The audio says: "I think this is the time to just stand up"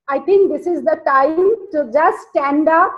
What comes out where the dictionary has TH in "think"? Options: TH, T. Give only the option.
T